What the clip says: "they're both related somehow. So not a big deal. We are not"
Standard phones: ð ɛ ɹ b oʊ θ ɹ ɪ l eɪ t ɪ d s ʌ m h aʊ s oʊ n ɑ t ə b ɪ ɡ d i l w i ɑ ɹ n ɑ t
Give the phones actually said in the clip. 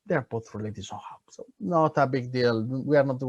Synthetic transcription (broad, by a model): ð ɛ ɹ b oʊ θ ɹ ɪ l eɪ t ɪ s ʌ h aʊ s oʊ n ɑ t ə b ɪ ɡ d i l w i ɑ ɹ n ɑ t